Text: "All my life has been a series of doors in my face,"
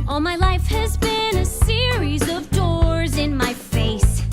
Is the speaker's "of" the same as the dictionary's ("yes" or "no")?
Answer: yes